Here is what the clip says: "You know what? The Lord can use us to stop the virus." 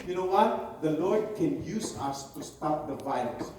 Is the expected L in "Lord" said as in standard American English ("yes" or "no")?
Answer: yes